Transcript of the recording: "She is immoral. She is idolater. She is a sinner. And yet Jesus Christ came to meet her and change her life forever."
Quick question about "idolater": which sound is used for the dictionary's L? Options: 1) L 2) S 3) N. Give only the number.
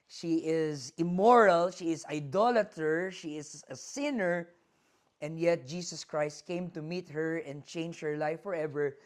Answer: 1